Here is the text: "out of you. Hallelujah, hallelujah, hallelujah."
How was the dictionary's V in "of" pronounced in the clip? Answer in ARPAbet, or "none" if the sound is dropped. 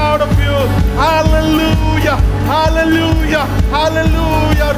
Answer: P